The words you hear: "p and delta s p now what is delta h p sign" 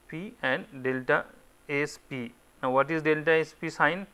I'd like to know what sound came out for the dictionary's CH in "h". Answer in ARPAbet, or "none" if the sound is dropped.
S